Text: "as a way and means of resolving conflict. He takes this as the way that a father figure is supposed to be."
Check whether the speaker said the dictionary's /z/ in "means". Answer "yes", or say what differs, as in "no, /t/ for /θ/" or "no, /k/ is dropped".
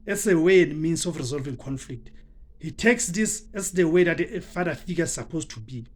no, /s/ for /z/